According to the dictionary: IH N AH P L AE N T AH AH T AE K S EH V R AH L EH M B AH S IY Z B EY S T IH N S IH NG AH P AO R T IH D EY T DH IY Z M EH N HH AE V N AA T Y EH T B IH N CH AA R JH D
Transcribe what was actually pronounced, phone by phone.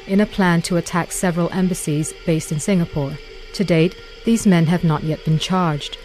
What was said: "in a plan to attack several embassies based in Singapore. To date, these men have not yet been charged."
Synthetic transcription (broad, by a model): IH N AH P L AE N T AH AH T AE K S EH V R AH L EH M B AH S IY Z B EY S T IH N S IH NG AH P AO R T IH D EY T DH IY Z M EH N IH V N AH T Y EH T B IH N CH AA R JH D